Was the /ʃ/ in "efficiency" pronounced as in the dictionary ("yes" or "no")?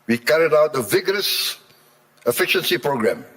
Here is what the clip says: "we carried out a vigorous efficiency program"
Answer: yes